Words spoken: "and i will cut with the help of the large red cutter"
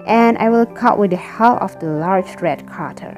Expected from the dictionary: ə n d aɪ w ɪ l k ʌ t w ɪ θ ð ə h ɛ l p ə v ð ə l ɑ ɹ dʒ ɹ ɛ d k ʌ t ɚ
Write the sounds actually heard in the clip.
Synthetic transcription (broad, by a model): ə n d aɪ w ɪ l k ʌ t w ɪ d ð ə h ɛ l ə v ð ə l ɑ ɹ dʒ ɹ ɛ d k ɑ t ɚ